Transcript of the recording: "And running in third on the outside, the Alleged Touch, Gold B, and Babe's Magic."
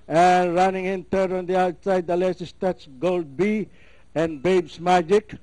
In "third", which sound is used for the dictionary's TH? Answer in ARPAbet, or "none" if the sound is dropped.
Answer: T